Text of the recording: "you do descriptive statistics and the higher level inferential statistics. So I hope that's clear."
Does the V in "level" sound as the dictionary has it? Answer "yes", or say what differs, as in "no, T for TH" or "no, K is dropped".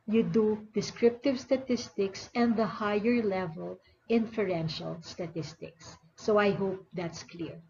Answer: yes